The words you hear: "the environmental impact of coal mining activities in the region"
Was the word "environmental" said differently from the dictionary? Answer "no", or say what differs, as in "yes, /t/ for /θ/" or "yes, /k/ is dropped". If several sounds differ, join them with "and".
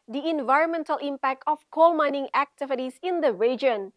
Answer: no